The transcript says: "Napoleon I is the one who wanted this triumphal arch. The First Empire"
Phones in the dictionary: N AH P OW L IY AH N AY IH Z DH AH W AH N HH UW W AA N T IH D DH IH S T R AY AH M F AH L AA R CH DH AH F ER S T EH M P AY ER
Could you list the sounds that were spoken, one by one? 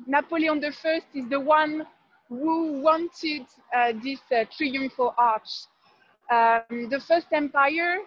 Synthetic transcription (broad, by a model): N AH P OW L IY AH N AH IH Z DH AH W AH N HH UW W AA N T IH D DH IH S T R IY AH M F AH L AA R CH DH AH F ER S T EH M P AY ER